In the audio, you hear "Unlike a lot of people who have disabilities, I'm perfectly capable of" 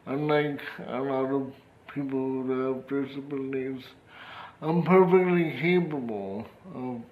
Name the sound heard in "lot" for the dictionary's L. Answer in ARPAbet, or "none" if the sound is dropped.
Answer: N